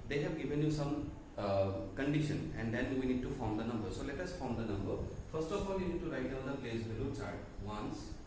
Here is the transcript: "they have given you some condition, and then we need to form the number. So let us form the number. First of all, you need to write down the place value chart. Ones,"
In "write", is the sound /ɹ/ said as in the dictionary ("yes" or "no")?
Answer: yes